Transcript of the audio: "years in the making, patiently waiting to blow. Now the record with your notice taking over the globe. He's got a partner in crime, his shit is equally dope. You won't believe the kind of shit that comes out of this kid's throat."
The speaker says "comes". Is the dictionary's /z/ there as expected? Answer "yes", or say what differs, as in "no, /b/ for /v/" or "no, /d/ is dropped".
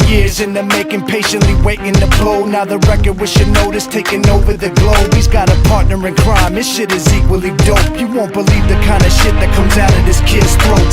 yes